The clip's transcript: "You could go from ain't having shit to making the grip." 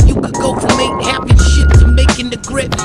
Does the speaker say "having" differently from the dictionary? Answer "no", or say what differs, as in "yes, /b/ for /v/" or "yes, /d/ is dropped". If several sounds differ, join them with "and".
yes, /p/ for /v/